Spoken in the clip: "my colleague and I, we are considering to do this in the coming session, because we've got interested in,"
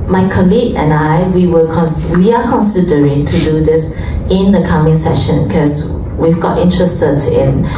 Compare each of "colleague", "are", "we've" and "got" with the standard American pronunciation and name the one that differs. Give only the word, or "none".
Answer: are